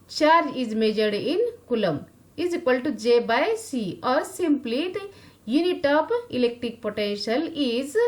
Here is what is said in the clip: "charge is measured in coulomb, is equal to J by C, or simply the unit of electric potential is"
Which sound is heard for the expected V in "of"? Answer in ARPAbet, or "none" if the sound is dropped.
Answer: P